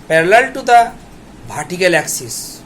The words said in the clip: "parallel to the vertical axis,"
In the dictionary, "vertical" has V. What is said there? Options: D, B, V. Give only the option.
B